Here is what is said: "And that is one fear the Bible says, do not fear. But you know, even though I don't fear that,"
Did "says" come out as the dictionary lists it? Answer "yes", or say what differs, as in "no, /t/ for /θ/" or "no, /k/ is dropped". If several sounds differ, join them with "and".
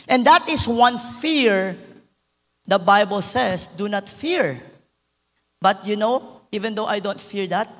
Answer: no, /s/ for /z/